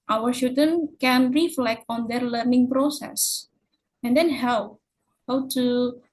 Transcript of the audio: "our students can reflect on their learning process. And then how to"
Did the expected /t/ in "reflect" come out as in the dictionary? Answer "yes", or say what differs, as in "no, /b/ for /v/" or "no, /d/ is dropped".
yes